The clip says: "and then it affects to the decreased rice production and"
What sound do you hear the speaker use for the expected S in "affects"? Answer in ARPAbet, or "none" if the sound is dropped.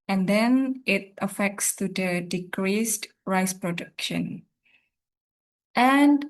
S